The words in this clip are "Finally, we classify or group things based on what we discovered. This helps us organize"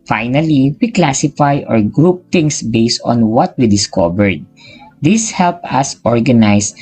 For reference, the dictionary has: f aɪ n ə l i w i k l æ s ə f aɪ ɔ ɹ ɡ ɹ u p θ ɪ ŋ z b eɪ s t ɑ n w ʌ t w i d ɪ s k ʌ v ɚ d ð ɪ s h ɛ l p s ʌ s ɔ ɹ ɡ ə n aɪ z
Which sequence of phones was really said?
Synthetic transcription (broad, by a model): f aɪ n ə l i w i k l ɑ s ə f aɪ ɔ ɹ ɡ ɹ u p t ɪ ŋ s b eɪ s t ɑ n w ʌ t w i d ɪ s k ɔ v ɚ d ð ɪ s h ɛ l p s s ɔ ɹ ɡ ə n aɪ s